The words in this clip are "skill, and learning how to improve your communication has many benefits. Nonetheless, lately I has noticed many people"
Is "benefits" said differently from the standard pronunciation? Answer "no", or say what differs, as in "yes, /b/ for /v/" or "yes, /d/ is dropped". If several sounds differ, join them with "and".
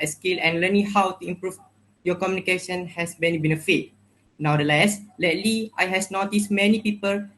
yes, /s/ is dropped